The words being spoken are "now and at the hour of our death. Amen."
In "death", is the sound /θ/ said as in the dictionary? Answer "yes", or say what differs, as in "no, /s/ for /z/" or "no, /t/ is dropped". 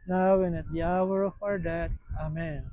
no, /t/ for /θ/